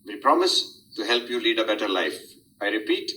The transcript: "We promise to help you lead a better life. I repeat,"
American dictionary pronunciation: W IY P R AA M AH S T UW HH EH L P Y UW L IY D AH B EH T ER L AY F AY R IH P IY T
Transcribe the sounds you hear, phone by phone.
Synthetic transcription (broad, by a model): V IY P R AA M AH S T UW HH EH L P Y UW L IY D AH B EH T ER L AY F AY R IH P IY T